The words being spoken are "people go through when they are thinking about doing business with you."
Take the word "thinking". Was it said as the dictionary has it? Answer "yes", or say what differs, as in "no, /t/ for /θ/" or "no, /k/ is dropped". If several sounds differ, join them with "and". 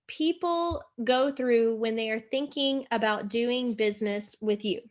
yes